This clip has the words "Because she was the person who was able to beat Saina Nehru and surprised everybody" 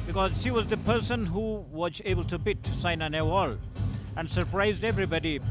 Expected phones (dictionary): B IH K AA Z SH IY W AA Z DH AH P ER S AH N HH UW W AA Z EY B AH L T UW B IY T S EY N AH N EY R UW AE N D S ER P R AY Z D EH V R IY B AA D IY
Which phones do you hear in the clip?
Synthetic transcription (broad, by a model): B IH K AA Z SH IY W AA Z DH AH P ER S AH N HH UW W AA Z EY B AH L T UW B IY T S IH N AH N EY W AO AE N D S ER P R AY Z D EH V R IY B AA D IY